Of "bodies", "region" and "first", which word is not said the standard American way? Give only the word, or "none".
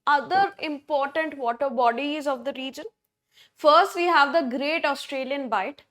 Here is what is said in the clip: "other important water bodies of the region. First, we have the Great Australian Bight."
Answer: none